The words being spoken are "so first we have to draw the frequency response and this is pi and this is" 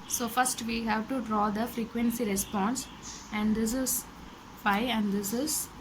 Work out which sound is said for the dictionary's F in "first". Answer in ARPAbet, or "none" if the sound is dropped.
F